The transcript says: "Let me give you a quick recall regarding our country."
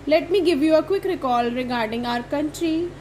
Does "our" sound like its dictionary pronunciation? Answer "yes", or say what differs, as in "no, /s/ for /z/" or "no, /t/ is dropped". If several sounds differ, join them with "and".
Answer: yes